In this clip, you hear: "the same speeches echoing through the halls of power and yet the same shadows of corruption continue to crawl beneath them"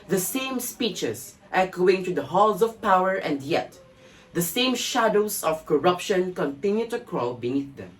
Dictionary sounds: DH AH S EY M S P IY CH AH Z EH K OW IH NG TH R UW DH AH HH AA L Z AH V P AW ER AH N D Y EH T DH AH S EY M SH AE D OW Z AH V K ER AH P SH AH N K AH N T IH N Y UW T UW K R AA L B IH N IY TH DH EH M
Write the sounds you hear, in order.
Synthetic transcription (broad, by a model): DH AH S EY M S P IY CH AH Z EH K OW IH NG T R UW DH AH HH AA L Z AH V P AW ER AH N D Y EH T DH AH S EY M SH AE D OW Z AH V K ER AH P SH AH N K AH N T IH N Y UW T UW K R AA L B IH N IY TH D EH M